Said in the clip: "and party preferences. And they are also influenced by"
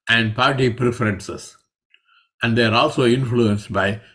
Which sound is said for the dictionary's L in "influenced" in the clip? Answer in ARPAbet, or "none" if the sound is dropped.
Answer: L